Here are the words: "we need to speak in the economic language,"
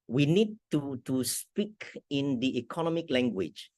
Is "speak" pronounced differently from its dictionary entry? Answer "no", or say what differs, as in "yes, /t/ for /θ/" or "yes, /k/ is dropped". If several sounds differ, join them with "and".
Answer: no